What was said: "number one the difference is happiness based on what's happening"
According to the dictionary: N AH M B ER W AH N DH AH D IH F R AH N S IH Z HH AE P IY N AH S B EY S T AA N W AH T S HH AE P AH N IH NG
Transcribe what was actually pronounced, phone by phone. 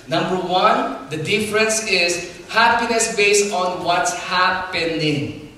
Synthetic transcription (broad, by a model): N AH M B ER W AH N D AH D IH F R AH N S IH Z HH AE P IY N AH S B EY S T AA N W AH T S HH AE P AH N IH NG